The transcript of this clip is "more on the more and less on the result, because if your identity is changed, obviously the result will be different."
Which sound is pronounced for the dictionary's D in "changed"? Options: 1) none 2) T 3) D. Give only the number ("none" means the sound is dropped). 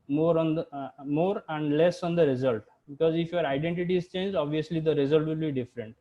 1